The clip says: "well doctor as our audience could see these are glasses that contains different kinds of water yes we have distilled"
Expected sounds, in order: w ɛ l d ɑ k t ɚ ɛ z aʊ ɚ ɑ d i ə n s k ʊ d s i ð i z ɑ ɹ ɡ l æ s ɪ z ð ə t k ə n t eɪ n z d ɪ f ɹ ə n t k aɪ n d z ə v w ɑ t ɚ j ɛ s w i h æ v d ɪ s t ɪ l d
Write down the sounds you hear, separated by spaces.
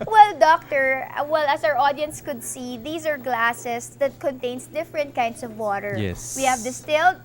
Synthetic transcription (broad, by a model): w ɛ l d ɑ k t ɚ ɛ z aʊ ɚ ɑ d i ə n s k ʊ d s i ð i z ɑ ɹ ɡ l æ s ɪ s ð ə t k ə n t eɪ n s d ɪ f ɹ ə n t k aɪ n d s ə v w ɑ t ɚ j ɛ w i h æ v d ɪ s t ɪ l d